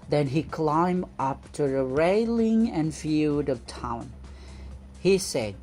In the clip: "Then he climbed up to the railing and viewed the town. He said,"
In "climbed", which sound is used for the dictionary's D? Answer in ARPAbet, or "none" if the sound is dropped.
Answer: none